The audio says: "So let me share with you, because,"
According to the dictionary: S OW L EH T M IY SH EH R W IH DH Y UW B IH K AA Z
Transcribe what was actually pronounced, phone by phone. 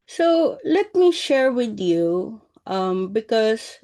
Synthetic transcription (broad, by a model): S OW L EH T M IY SH EH R W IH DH Y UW B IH K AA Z